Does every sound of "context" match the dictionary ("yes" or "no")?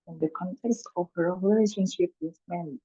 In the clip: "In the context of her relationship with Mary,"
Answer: yes